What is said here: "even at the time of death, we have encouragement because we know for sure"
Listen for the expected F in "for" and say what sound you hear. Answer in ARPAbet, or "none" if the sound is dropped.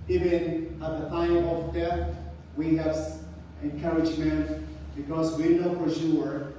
P